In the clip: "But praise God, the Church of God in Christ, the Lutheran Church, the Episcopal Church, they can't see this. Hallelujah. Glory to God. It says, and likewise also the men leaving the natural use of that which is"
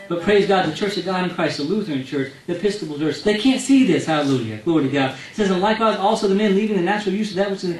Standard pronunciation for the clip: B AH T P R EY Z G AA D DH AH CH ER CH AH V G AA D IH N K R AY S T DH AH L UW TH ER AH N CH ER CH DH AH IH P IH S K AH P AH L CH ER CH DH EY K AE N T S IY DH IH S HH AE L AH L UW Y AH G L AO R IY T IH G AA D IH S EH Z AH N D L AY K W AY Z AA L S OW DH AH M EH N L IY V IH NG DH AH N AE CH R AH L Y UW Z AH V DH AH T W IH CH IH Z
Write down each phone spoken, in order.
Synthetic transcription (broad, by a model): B AH T P R EY Z G AA D DH AH CH ER CH AH V G AA D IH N K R AY S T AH L UW TH ER AH N CH ER CH DH AH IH P IH S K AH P L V ER S DH EY K AE N T S IY DH IH S HH AE L AH L UW Y AH G L AO R IY T IH G AA D S EH Z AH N L AY K W AY Z AA L S OW DH AH M EH N L IY V IH NG DH AH N AE CH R L Y UW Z AH V DH AH T W IH CH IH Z